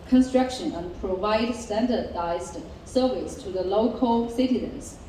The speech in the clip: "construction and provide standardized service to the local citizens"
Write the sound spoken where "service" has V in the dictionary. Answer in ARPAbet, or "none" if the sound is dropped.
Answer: V